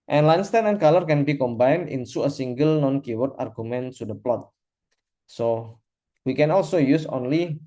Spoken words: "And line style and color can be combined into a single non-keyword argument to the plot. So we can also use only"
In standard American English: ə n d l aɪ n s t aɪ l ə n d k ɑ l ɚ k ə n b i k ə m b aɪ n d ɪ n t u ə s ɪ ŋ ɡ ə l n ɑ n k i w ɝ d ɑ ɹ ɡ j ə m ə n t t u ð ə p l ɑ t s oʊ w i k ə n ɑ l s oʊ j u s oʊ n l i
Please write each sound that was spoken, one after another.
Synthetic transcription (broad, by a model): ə n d l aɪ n s t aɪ n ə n k ɑ l ɚ k ə n b i k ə m b aɪ n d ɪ n s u ə s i ŋ ɡ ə l n ɑ n k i w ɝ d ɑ ɹ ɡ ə m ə n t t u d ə p l ɑ t s oʊ w i k ə n ɑ l s oʊ j u s oʊ n l i